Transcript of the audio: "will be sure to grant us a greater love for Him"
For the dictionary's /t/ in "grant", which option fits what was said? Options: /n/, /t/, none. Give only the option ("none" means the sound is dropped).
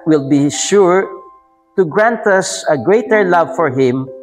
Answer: /t/